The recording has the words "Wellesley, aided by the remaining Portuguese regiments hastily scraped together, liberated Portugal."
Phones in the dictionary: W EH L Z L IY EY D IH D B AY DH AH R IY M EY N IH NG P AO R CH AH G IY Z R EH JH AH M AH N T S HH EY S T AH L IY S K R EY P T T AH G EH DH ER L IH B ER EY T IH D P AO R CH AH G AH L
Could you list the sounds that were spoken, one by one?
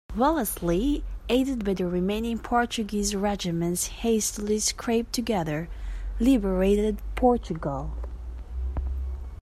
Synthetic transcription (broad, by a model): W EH L S L IY EY D IH D B AY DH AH R IY M EY N IH NG P AO R CH AH G IY Z R EH JH AH M AH N T S HH EY S T AH L IY S K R EY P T T AH G EH DH ER L IH B ER EY T IH D P AO R CH AH G AH L